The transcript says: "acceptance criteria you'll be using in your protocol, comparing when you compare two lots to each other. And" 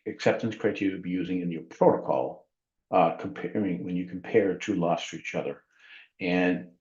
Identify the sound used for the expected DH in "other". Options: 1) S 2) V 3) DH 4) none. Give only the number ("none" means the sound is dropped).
3